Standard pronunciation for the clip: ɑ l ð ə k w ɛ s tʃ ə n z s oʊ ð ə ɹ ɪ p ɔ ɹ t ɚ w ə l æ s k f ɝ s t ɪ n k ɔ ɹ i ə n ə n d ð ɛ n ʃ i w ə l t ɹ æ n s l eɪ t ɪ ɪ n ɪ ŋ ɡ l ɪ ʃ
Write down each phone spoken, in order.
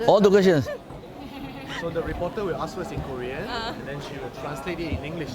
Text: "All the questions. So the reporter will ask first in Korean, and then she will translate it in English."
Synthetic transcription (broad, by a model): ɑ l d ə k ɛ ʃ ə n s s oʊ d ə ɹ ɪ p ɔ t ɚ w ə l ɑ s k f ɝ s ɪ n k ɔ ɹ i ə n ə n d ɛ n ʃ i w ə l t ɹ æ n s l eɪ t ɪ ɪ n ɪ ŋ ɡ l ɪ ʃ